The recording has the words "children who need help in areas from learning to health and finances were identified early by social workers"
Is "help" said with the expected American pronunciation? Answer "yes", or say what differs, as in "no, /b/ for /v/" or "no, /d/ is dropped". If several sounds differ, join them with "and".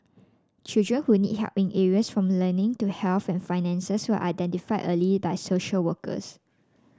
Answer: no, /l/ is dropped